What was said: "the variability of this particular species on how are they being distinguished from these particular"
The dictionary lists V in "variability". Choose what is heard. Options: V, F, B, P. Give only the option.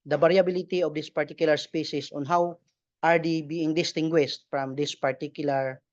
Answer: B